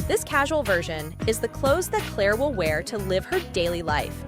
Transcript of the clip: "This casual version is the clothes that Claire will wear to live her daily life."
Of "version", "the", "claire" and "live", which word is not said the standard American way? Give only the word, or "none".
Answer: none